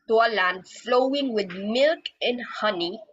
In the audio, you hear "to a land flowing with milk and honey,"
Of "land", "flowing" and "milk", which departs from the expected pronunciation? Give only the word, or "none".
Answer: none